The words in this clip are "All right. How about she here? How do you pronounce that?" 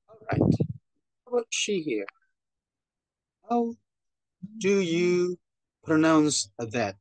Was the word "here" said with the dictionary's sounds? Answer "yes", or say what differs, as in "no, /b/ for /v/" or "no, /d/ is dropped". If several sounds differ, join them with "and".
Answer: yes